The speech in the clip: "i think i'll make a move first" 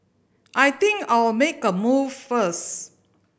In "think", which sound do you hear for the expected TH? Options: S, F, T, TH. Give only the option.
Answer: T